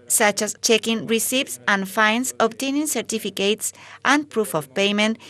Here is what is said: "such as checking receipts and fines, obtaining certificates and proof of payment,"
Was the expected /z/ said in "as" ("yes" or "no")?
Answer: no